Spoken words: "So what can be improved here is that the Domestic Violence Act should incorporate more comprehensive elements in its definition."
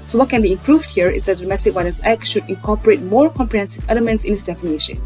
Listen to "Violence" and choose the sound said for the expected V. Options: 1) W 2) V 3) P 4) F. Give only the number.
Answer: 1